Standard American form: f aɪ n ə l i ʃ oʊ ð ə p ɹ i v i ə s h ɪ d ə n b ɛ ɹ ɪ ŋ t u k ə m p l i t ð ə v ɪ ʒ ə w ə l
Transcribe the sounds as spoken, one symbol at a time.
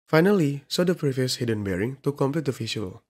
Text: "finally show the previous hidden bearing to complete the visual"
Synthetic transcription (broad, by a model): f aɪ n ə l i s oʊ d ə p ɹ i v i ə s h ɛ d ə n b ɛ ɹ ɪ ŋ t u k ə m p l i t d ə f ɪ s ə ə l